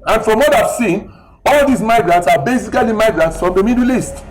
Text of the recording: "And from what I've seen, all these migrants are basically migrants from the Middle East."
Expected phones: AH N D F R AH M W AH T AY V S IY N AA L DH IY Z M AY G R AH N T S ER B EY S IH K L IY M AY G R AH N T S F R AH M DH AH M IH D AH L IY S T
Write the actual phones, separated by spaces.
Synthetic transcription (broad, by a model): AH N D F R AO M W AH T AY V S IY N AA L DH IY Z M AY G R AH N T S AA B EY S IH K L IY M AY G R AH N T S F R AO M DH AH M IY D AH L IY S T